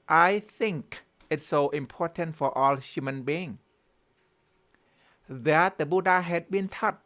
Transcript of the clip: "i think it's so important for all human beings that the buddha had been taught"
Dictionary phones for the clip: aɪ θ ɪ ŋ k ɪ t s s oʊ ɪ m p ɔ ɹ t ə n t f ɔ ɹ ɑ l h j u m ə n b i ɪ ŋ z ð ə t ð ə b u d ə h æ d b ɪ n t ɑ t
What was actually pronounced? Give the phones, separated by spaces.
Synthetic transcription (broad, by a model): aɪ θ ɪ ŋ k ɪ t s s oʊ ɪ m p ɔ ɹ t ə n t f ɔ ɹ ɑ l h j u m ə n b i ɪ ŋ ð ə t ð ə b u d ə h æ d b ɪ n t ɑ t